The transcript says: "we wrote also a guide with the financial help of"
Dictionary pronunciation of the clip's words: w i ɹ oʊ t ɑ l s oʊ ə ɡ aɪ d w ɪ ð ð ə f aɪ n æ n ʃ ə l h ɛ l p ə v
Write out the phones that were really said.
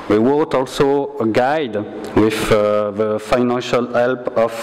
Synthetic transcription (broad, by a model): w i w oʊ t ɑ l s oʊ ɡ aɪ d w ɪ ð ð ə f aɪ n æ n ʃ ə l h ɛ l p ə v